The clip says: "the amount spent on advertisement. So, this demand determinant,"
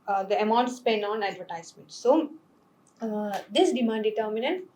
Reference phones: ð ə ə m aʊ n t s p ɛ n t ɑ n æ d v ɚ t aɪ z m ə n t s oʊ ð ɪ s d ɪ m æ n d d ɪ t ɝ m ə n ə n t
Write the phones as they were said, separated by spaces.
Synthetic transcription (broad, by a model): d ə ə m aʊ n t s p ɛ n ɑ n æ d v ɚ t aɪ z m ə n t s oʊ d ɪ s d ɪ m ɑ n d d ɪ t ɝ m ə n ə n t